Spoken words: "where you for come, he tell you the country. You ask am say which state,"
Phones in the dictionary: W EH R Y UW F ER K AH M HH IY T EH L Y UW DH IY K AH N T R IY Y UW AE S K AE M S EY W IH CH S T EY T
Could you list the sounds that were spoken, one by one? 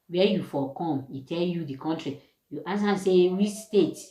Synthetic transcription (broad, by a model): W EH Y UW F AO K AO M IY T EH L Y UW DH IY K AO N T R IY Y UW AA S AA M S EY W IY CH S T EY T